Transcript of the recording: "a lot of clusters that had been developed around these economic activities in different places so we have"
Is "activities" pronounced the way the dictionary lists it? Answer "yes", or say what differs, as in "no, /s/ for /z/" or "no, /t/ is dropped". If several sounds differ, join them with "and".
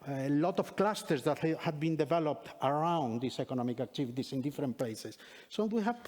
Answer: no, /s/ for /z/